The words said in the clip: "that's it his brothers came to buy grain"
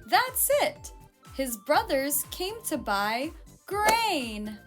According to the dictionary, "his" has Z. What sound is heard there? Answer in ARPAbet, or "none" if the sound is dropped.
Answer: Z